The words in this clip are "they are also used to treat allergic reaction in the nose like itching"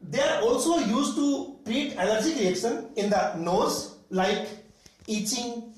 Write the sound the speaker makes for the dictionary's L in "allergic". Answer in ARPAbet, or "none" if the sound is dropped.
N